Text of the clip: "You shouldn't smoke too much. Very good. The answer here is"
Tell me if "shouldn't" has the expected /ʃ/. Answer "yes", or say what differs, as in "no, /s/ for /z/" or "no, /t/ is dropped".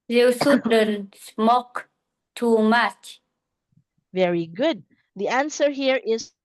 no, /s/ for /ʃ/